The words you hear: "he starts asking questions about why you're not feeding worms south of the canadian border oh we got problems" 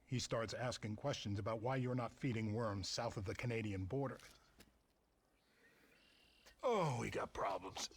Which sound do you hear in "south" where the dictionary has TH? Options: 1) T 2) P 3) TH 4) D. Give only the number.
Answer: 3